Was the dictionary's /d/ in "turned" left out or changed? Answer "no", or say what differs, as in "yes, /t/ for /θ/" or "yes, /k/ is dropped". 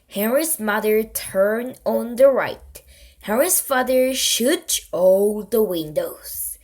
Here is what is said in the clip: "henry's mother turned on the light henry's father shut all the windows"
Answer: yes, /d/ is dropped